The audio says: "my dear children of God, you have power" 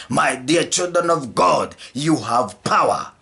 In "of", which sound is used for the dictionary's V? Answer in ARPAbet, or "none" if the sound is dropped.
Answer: V